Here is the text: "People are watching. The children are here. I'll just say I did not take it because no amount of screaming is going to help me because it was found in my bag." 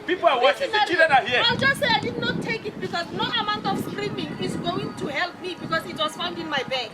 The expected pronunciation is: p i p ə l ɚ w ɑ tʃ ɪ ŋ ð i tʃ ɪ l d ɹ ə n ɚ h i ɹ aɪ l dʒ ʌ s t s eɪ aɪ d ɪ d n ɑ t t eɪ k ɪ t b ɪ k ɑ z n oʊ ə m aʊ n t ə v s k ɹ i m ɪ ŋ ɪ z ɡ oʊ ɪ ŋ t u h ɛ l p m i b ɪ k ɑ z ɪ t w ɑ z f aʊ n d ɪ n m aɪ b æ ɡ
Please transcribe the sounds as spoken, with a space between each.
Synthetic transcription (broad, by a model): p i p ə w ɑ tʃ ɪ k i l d ə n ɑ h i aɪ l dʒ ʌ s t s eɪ aɪ d ɪ d n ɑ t t eɪ k ɪ t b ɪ k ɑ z n oʊ ə m aʊ n t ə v s k ɹ i m ɪ ŋ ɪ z ɡ oʊ ɪ ŋ t u h ɛ l p m i b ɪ k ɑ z ɪ t w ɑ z f aʊ n d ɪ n m aɪ b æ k